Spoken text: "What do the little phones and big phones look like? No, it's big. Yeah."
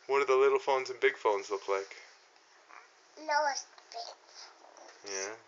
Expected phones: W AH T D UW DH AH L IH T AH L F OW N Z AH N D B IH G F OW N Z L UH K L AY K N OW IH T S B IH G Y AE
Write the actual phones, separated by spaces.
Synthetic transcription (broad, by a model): W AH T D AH DH AH L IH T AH L F OW N Z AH N B IH G F OW N Z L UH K L AY K L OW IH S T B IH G Y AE